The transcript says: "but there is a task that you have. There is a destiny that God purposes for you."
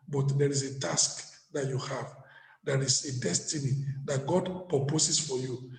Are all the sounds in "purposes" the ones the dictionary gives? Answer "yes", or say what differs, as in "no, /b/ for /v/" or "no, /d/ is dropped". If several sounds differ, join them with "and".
no, /s/ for /z/